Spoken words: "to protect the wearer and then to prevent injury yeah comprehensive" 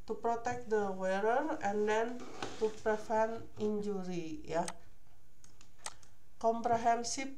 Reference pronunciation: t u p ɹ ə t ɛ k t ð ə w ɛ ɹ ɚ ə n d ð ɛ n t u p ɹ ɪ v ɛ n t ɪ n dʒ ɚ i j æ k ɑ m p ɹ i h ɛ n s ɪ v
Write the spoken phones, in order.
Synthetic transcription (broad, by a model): t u p ɹ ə t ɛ k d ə w ɛ ɹ ɚ ə n d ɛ n t u p ɹ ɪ f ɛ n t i n dʒ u i j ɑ k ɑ m p ɹ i h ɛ n s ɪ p